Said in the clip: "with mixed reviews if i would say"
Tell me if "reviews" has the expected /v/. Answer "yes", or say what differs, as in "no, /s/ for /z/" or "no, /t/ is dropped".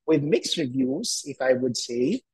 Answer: yes